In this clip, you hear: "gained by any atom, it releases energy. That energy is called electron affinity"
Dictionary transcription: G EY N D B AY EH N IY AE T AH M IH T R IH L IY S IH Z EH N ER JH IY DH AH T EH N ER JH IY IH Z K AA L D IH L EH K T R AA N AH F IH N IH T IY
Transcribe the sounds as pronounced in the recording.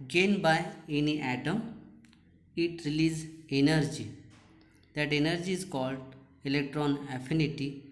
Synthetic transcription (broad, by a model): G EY N B AY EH N IY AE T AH M IH T R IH L IY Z EH N ER JH IY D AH T EH N ER JH IY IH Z K AA L D IH L EH K T R AA N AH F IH N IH T IY